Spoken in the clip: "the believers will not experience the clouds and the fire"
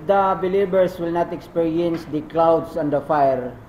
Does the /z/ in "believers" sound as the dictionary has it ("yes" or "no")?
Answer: no